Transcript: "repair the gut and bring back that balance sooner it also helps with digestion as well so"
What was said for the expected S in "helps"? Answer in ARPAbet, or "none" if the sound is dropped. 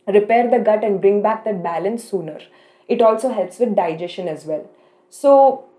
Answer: S